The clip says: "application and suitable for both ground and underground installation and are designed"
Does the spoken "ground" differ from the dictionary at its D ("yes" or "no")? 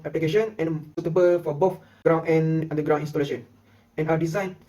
yes